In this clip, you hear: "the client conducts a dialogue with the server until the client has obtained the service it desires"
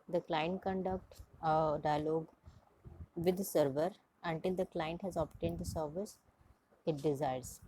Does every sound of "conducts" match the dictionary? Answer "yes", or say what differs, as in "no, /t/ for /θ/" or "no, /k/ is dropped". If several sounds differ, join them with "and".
no, /s/ is dropped